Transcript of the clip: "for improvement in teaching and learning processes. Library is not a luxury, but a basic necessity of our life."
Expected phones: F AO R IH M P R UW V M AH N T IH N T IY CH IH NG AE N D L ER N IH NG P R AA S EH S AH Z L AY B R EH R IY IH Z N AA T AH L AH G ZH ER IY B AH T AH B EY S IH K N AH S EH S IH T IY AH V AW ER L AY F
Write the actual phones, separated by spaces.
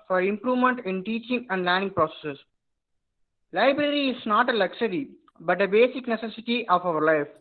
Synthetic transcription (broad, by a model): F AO R IH M P R UW V M AH N T IH N T IY CH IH NG AE N D L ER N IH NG P R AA S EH S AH S L AY B R EH R IY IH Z N AA T AH L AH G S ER IY B AH T AH B EY S IH K N AH S EH S IH T IY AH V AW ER L AY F